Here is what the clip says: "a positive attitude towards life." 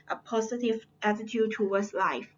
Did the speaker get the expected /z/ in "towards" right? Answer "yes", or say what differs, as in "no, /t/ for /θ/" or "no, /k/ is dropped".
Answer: no, /s/ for /z/